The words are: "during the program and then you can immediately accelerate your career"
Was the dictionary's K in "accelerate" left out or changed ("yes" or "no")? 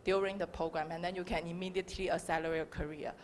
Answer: yes